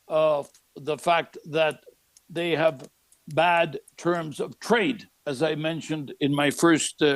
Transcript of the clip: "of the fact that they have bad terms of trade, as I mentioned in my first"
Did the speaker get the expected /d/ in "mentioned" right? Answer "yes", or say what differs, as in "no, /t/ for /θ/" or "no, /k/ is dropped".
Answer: yes